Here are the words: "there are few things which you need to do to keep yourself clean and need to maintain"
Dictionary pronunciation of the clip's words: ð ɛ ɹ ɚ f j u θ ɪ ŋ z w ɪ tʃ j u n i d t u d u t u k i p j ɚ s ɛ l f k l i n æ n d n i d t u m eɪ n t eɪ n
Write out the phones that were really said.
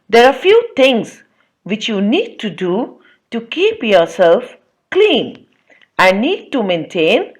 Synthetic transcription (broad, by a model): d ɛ ɹ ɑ f j u t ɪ ŋ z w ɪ tʃ j u n i d t u d u t u k i p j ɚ s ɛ l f k l i n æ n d n i d t u m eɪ n t eɪ n